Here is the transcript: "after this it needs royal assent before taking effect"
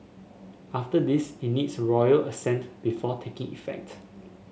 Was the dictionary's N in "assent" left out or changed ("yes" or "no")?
no